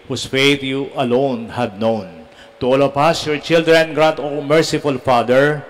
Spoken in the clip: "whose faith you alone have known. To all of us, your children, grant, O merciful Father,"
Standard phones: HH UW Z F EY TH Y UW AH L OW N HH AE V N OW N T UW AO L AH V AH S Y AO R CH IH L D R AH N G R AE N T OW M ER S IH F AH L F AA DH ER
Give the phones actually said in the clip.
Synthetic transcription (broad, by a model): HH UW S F EY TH Y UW AH L OW N HH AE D N OW N T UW AO L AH P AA S Y AO R CH IH L D R AH N G R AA N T OW M ER S IH F AH L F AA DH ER